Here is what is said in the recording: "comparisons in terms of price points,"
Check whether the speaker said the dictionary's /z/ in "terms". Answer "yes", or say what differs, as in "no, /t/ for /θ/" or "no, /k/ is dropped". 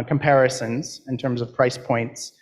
yes